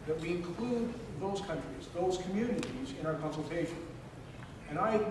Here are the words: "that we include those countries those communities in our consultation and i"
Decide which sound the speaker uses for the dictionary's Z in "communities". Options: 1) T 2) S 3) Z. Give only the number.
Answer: 3